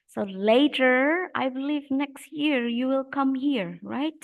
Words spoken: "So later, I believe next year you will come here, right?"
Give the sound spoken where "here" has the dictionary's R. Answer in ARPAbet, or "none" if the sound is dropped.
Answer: R